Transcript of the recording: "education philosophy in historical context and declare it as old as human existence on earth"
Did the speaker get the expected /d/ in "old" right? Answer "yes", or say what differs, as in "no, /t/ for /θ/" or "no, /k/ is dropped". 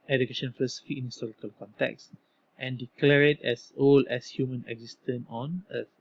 no, /d/ is dropped